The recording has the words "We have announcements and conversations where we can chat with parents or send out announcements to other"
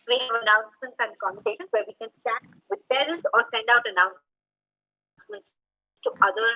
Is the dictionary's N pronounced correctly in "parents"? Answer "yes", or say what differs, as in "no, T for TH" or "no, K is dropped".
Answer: no, N is dropped